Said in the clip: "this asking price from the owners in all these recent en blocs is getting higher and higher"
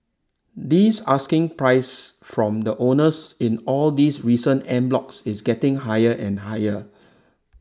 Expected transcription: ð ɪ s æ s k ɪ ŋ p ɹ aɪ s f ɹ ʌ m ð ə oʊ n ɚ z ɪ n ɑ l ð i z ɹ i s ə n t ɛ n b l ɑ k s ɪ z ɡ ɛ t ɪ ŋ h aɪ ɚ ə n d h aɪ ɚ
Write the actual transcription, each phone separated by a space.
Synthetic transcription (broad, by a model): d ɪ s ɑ s k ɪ ŋ p ɹ aɪ s f ɹ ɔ m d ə oʊ n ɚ s ɪ n ɑ l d i s ɹ i s ə n ɛ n b l ɑ k s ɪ s ɡ ɛ t ɪ ŋ h aɪ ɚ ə n h aɪ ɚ